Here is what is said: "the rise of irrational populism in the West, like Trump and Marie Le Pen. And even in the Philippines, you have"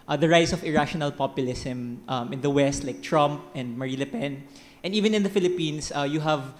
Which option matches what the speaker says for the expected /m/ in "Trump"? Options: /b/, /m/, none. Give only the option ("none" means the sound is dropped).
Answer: /m/